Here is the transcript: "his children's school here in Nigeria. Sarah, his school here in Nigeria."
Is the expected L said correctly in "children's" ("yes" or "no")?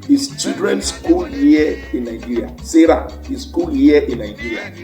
no